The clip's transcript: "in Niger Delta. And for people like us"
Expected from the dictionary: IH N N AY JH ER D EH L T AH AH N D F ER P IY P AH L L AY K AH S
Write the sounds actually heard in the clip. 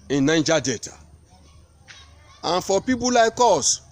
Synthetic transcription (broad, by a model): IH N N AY JH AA D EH T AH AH N F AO P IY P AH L L AY K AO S